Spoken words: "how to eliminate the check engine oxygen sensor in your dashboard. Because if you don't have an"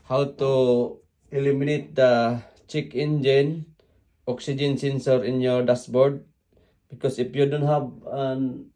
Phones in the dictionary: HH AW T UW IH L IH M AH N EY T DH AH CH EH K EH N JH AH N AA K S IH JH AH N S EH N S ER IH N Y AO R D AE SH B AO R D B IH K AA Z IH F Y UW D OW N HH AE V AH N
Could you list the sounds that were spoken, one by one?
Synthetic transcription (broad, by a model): HH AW T UW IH L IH M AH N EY T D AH CH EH K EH N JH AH N AA K S IH JH AH N S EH N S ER IH N Y AO R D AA S B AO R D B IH K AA S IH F Y UW D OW N HH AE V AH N